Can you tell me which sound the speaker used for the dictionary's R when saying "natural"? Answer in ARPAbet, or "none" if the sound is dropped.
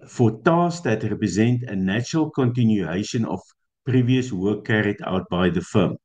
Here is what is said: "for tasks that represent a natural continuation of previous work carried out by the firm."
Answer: R